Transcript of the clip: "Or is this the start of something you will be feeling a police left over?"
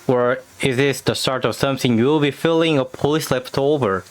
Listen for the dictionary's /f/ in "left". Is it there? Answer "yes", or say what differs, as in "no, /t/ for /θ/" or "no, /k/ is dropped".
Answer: no, /p/ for /f/